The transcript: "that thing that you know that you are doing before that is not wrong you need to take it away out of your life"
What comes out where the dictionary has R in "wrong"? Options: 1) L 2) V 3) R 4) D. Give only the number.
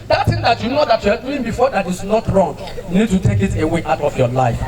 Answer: 3